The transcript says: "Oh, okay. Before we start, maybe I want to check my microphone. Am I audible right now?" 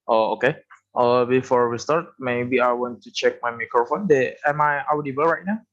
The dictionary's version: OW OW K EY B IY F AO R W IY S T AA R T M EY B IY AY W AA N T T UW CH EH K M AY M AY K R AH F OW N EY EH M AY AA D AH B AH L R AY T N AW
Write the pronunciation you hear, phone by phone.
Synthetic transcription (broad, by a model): OW OW K EY B IY F AO R W IY S T AA R T M EY B IY AY W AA N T T UW CH EH K M AY M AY K R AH F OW N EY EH M AY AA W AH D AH W R AY T N AW